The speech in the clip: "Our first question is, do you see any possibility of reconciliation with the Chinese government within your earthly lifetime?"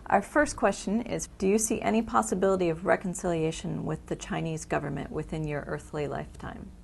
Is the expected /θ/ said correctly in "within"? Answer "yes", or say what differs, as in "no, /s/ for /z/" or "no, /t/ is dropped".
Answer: yes